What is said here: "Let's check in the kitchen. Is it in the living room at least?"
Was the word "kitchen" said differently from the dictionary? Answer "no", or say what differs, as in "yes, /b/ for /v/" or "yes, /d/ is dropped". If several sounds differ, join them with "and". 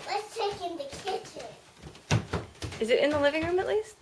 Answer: yes, /n/ is dropped